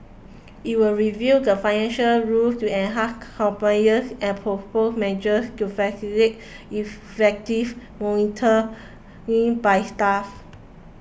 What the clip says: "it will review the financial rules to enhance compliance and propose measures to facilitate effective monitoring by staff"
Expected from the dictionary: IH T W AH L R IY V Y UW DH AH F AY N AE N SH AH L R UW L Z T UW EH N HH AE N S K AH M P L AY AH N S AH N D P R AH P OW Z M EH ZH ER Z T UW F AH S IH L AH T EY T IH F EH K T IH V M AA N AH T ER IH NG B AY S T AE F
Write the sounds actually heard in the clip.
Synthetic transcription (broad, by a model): IH T W AH L R IY V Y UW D AH F AY N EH N SH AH L R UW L T UW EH N HH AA S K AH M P N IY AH S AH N P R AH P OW S M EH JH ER S T UW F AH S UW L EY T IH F EH K T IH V M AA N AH T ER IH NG B AY S T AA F